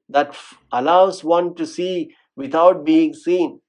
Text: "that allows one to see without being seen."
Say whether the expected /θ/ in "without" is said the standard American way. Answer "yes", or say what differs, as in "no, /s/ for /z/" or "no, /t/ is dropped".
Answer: no, /t/ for /θ/